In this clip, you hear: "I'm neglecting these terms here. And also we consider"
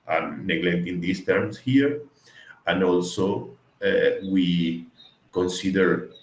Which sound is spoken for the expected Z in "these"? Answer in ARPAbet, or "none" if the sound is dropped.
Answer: S